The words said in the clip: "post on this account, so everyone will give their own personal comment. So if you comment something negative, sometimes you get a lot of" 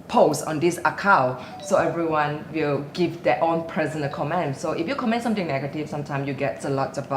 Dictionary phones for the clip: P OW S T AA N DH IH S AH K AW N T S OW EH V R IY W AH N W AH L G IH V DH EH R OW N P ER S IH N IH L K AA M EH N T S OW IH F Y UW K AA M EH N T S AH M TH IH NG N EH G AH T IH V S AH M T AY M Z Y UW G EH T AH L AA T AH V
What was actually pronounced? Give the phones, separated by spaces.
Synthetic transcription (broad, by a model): P OW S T AA N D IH S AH K AW T S OW EH V R IY W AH N W AH L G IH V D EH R OW N P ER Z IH N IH K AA M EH N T S OW IH F Y UW K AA M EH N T S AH M T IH NG N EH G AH T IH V S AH M T AY M S Y UW G EH T AH L AA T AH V